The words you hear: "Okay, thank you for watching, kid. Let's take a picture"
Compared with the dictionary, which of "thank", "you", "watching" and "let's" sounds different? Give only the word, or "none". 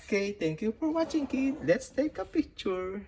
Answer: thank